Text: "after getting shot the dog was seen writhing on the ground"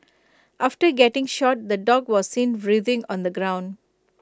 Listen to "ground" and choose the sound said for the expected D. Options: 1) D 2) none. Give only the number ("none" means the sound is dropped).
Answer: 1